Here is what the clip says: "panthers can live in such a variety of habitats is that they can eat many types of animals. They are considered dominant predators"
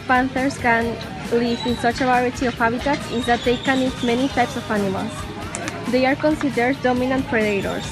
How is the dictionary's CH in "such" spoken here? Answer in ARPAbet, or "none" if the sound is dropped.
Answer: CH